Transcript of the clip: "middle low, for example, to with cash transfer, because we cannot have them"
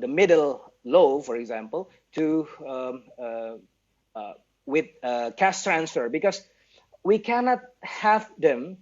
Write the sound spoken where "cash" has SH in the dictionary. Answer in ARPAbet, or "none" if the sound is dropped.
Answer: S